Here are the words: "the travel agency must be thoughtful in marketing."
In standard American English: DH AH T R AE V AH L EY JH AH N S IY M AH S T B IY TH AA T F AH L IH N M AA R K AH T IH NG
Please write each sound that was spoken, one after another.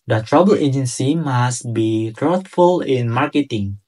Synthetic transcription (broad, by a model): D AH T R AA B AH L EY JH AH N S IY M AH S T B IY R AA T F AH L IH N M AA R K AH T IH NG